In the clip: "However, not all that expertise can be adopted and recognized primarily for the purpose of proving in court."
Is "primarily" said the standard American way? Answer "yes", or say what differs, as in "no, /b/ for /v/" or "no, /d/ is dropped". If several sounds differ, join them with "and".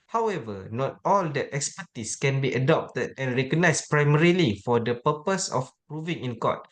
yes